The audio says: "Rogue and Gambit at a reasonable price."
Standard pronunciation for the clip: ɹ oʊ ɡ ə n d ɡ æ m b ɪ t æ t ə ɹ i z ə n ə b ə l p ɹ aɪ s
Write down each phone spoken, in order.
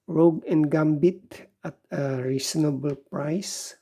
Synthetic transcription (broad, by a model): ɹ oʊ ɡ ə n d ɡ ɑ m b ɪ t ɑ t ə ɹ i s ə n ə b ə l p ɹ aɪ s